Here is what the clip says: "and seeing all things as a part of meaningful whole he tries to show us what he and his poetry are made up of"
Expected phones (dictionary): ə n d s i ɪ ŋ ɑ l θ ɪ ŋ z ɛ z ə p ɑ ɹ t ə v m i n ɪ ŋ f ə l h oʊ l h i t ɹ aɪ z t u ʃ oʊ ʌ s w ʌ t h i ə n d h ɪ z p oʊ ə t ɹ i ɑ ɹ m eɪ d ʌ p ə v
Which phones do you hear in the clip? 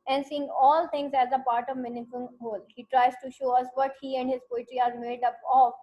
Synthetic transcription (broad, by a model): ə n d s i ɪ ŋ ɑ l t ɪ ŋ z ɛ z ə p ɑ ɹ t ə v m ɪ n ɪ f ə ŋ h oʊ l h i t ɹ aɪ z t u ʃ oʊ ʌ s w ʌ t h i ə n d h ɪ z p oʊ ə t ɹ i ɑ ɹ m eɪ d ʌ p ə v